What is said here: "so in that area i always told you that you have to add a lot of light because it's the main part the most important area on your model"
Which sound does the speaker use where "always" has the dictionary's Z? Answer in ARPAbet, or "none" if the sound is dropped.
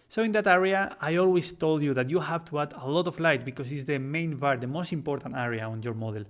S